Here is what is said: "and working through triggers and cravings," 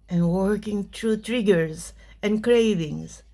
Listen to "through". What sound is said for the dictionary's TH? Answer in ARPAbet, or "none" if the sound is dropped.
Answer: T